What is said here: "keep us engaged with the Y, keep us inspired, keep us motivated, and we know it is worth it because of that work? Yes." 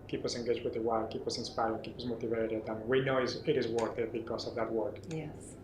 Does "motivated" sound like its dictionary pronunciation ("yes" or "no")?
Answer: yes